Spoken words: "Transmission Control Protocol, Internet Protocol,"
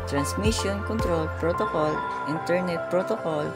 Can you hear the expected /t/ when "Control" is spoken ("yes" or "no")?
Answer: yes